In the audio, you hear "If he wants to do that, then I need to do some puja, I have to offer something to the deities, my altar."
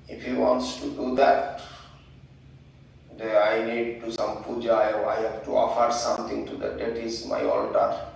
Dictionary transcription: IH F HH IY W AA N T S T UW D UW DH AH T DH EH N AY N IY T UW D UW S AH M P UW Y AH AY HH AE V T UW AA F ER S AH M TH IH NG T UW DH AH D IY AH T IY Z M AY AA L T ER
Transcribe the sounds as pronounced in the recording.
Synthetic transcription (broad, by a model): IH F HH IY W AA N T S T UW D UW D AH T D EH AY N IY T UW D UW S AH M P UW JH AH AY HH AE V T UW AA F ER S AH M T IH NG T UW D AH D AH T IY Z M AY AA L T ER